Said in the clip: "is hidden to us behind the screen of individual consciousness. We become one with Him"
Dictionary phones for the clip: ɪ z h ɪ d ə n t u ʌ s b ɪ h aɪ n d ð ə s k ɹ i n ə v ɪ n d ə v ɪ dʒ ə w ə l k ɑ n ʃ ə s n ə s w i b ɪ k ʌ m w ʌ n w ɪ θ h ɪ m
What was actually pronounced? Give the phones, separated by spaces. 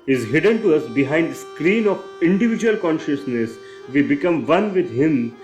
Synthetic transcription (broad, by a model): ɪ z h ɪ d ə n t u ʌ s b ɪ h aɪ n d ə s k ɹ i n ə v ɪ n d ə v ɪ dʒ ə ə l k ɑ n ʃ ə s n ə s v i b ɪ k ʌ m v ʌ n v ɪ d h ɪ m